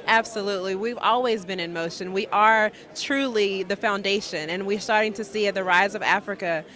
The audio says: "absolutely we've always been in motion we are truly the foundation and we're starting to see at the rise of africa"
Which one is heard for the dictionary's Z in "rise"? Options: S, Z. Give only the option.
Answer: Z